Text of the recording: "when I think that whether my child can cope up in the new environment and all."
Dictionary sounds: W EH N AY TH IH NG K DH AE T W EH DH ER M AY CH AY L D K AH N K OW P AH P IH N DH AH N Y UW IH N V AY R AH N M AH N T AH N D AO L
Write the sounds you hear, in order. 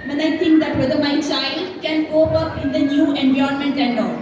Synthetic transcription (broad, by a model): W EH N AY T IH NG K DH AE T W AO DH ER M AY CH AY L D K AH N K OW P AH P IH N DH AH N Y UW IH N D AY AH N M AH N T AH N D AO